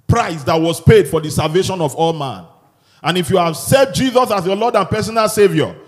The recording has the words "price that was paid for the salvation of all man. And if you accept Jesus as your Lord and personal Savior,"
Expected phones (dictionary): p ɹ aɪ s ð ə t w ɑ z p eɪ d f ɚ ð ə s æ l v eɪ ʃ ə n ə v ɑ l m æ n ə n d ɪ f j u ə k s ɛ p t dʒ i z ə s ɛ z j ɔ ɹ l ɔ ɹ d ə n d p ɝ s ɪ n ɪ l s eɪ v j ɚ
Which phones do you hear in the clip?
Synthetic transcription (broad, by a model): p ɹ aɪ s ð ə t w ɑ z p eɪ d f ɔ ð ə s æ l v eɪ ʃ ə n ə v ɑ l m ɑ n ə n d ɪ f j u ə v s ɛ t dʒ i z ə s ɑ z j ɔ l ɔ d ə n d p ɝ s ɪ n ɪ l s eɪ v j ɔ